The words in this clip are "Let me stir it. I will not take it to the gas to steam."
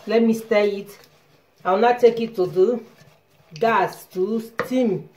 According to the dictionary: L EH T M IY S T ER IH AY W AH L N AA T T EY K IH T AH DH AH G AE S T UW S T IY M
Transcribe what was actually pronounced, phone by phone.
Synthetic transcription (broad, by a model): L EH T M IY S T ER IH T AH W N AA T T EY K IH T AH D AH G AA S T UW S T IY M